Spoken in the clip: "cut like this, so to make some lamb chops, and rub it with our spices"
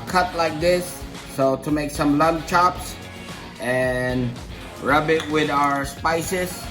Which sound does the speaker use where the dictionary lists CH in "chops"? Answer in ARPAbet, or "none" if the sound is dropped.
CH